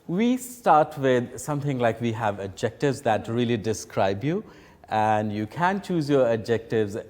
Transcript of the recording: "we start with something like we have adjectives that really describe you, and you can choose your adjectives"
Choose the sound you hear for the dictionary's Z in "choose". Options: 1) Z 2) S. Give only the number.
1